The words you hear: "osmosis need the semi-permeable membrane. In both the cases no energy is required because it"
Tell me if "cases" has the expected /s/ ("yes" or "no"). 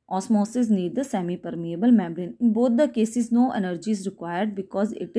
yes